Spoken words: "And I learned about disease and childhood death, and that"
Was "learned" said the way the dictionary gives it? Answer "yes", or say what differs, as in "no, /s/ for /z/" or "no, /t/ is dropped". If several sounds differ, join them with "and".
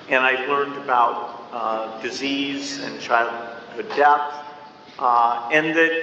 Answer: yes